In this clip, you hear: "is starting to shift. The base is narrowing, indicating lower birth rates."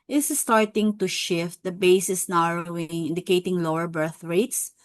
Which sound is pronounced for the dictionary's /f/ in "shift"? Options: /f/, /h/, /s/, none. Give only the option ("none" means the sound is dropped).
/f/